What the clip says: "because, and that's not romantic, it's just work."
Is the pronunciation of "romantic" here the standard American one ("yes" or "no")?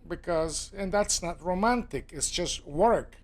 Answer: yes